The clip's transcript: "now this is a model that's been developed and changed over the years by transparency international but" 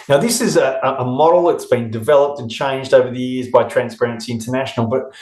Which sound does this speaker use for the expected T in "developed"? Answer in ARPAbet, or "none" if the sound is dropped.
T